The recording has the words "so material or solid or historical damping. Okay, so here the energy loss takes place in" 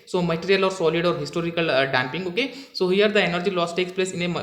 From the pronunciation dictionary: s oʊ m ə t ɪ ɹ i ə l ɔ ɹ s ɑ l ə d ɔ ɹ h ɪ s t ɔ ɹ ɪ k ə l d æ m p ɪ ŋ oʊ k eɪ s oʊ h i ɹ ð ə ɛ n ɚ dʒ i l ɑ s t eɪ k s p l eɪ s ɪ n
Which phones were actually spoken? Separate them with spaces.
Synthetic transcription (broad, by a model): s oʊ m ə t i ɹ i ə l ɔ ɹ s ɑ l ə d ɔ ɹ h ɪ s t ɔ ɹ ɪ k ə l d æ m p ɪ ŋ oʊ k eɪ s oʊ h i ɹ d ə ɛ n ɚ dʒ i l ɑ s t eɪ k s p l eɪ s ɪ n